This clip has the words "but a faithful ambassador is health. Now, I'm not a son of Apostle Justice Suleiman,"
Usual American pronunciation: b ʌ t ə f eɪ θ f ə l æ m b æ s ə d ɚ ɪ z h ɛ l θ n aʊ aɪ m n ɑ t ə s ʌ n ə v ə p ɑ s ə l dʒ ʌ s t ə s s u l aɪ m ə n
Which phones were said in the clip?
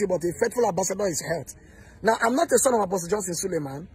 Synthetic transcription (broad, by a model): b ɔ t ə f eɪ t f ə l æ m b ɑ s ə d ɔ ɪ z h ɛ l t n aʊ aɪ m n ɑ t ə s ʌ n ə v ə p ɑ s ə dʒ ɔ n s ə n s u l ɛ m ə n